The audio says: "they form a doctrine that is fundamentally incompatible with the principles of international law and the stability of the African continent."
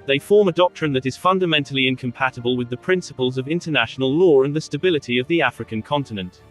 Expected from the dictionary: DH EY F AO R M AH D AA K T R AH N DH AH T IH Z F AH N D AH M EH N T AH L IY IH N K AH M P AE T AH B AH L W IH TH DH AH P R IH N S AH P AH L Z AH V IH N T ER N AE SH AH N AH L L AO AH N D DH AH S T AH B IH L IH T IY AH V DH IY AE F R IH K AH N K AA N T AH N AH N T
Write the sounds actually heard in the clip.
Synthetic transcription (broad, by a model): DH EY F AO R M AH D AA K T R AH N DH AH T IH Z F AH N D AH M EH N T AH L IY IH N K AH M P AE T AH B AH L W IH DH AH P R IH N S AH P AH L Z AH V IH N T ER N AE SH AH N AH L L AO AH N DH AH S T AH B IH L IH T IY AH V DH IY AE F R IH K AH N K AA N T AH N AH N T